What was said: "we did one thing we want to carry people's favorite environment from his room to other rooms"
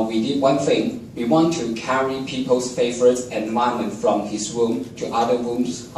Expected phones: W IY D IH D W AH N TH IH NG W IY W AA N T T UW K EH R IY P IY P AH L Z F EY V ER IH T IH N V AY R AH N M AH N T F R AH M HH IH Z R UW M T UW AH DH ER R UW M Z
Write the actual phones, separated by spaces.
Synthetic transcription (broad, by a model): W IY D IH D W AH N TH IH NG W IY W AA N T T UW K EH R IY P IY P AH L S F EY V ER IH T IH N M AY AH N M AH N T F R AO M HH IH S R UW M T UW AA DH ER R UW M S